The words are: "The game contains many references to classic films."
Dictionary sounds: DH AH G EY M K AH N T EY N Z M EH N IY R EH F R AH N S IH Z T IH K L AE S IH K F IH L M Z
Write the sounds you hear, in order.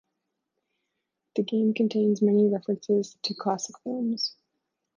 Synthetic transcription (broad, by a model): DH AH G EY M K AH N T EY N Z M EH N IY R EH F R AH N S IH Z T IH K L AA S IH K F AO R M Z